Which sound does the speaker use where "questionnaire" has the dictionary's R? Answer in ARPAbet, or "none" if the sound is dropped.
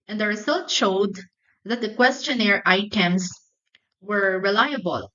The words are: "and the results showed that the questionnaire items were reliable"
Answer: R